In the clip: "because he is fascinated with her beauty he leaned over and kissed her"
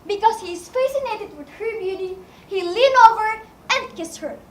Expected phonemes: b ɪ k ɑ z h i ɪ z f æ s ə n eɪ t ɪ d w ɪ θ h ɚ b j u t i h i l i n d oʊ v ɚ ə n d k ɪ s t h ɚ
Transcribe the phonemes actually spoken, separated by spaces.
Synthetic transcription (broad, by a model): b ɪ k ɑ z h i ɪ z f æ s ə n eɪ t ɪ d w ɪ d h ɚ b j u t i h i l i n oʊ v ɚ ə n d k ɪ s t h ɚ